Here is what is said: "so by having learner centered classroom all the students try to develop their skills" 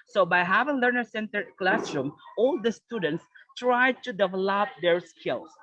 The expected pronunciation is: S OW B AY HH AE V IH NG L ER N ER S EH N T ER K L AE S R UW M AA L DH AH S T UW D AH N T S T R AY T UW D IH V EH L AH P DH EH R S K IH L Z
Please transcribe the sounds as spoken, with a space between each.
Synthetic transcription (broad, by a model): S OW B AY HH AE V IH NG L ER N ER S EH N T ER K L AE S R UW M AA L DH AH S T UW D AH N T S T R AY T UW D IH V EH L AH P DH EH R S K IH L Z